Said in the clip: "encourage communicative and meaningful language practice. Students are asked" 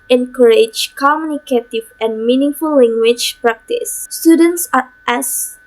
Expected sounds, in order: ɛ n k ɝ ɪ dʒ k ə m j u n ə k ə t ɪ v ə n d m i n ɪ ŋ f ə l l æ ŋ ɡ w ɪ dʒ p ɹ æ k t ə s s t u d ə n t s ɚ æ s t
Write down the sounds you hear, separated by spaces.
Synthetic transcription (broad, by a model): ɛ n k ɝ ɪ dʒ k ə m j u n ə k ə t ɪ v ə n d m i n ɪ ŋ f ə l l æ ŋ ɡ w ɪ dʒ p ɹ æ k t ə s s t u d ə n t s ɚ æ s